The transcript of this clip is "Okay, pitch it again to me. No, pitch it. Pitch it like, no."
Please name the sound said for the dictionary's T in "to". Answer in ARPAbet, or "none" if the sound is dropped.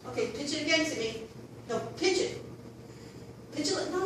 S